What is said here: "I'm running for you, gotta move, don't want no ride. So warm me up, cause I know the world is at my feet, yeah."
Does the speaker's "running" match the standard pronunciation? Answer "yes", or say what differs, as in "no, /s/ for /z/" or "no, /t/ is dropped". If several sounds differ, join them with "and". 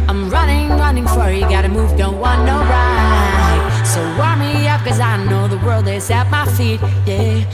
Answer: yes